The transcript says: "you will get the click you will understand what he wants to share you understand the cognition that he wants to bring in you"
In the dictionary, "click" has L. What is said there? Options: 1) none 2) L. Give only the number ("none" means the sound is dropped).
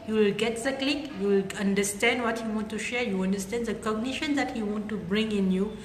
2